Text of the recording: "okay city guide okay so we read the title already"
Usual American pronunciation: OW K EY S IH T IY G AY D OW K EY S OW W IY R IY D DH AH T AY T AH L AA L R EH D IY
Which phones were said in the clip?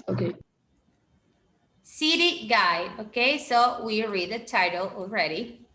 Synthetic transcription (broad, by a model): OW K EY S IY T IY G AY OW K EY S OW W IY R IY D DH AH T AY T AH L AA L R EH D IY